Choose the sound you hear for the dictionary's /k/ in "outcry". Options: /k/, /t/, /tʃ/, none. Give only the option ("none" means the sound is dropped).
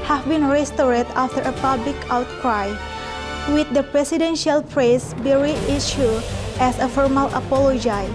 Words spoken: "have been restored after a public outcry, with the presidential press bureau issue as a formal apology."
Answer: /k/